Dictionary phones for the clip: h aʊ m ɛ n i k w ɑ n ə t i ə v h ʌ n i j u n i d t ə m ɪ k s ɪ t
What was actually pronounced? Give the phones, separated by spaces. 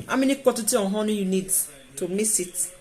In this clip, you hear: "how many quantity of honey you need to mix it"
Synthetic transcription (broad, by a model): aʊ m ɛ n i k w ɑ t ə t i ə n h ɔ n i j u n i d t ə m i s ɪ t